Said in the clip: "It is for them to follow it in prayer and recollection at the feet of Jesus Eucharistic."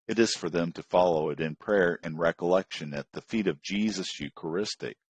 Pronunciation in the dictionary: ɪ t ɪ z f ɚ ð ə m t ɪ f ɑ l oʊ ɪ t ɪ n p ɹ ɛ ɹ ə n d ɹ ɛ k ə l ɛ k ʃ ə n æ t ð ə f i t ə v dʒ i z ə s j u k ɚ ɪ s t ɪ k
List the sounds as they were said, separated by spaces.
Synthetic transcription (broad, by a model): ɪ t ɪ z f ɚ ð ə m t ɪ f ɑ l oʊ ɪ t ɪ n p ɹ ɛ ɹ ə n ɹ ɛ k ə l ɛ k ʃ ə n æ t ð ə f i t ə v dʒ i z ə s j u k ɚ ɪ s t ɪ k